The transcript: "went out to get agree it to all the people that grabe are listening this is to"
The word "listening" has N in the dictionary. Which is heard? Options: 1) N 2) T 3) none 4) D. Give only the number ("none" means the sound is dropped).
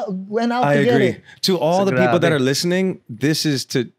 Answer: 1